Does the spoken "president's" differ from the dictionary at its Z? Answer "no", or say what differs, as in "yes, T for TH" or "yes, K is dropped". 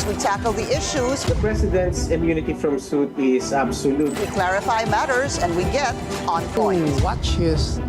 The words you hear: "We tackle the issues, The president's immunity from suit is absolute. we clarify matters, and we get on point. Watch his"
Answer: yes, S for Z